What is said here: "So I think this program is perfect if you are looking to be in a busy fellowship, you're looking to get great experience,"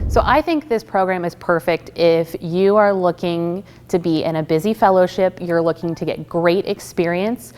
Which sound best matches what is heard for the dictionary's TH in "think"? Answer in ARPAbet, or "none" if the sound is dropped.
TH